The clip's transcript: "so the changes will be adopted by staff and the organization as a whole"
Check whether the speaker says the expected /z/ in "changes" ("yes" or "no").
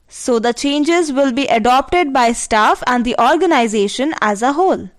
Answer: yes